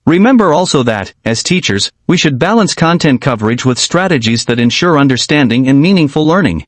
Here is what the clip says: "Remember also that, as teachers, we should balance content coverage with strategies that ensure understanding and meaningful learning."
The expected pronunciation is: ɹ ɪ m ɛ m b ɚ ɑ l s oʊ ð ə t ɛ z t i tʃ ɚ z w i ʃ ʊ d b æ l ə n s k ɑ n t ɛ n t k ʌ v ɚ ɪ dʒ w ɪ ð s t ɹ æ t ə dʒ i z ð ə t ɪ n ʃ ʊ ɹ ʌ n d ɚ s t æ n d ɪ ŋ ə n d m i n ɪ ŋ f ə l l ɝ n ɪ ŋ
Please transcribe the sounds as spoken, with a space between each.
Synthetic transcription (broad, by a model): ɹ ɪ m ɛ m b ɚ ɑ l s oʊ ð ə t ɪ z t i tʃ ɚ z w i ʃ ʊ d b æ l ə n s k ɑ n t ɛ n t k ʌ v ɚ ɪ dʒ w ɪ ð s t ɹ æ t ə dʒ i z ð ə t ɪ n ʃ ʊ ɹ ʌ n d ɚ s t æ n d ɪ ŋ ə n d m i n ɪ ŋ f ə l l ɝ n ɪ ŋ